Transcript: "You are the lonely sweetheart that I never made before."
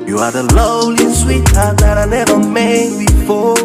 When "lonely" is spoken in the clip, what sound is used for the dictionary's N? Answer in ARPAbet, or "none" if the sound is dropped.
none